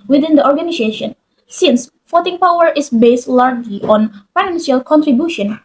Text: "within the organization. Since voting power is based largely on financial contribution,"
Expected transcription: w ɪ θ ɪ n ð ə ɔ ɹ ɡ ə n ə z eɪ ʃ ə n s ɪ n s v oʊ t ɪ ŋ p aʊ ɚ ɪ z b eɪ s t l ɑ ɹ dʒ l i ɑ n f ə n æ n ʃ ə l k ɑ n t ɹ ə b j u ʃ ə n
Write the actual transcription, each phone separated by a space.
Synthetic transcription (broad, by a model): w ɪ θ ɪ n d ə ɔ ɹ ɡ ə n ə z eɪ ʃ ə n s ɪ n s f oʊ t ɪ ŋ p aʊ ɚ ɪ s b eɪ s t l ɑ ɹ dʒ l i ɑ n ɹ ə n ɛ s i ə l k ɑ n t ɹ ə b j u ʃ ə n